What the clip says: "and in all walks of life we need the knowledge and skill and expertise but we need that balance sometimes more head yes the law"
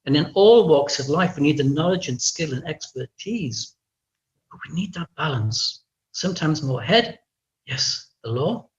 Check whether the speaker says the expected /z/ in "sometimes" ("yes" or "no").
yes